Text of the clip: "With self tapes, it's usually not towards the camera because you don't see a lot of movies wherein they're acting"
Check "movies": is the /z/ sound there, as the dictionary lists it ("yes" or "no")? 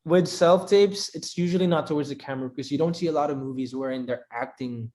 yes